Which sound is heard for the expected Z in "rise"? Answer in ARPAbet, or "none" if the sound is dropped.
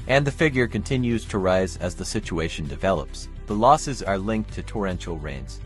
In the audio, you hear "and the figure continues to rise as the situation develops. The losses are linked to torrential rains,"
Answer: Z